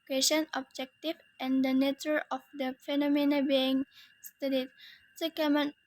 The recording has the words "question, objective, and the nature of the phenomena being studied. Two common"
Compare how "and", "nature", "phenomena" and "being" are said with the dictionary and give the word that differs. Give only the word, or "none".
none